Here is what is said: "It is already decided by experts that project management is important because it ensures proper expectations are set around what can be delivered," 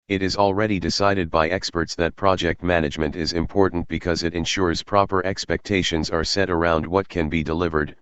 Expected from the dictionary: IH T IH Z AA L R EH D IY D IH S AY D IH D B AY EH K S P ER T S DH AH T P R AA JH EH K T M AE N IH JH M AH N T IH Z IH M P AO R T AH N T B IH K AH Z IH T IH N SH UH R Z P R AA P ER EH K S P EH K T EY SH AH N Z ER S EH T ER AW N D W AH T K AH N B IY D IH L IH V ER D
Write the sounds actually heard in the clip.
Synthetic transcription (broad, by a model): IH T IH Z AA L R EH D IY D IH S AY D IH D B AY EH K S P ER T S DH AH T P R AA JH EH K T M AE N IH JH M AH N T IH Z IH M P AO R T N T B IH K AH Z IH T IH N SH UH R Z P R AA P ER EH K S P EH K T EY SH AH N Z ER S EH T ER AW N D W AH T K AH N B IY D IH L IH V ER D